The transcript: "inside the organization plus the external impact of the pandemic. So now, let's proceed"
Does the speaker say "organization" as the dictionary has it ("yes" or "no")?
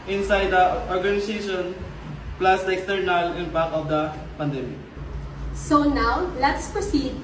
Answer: no